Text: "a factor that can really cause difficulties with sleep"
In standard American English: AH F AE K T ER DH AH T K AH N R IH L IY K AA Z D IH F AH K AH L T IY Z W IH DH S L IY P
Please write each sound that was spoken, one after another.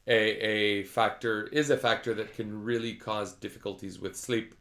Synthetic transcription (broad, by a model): AH F AE K T ER DH AH T K AH N R IH L IY K AA Z D IH F AH K AH L T IY Z W IH DH S L IY P